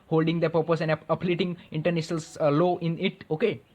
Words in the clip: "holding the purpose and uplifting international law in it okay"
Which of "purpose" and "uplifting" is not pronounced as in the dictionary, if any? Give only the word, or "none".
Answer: uplifting